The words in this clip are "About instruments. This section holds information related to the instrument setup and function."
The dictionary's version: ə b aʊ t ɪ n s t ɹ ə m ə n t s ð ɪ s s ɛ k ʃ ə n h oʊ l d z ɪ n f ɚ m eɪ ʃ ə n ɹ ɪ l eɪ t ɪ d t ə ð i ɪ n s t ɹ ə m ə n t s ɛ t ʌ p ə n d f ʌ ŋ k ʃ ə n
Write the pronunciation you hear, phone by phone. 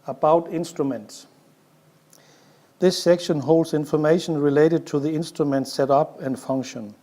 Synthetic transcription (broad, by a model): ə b aʊ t ɪ n s t ɹ ə m ə n t s ð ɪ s s ɛ k ʃ ə n h oʊ l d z ɪ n f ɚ m eɪ ʃ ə n ɹ ɪ l eɪ t ɪ d t ə ð i ɪ n s t ɹ ə m ə n t s ɛ t ʌ p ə n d f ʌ ŋ k ʃ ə n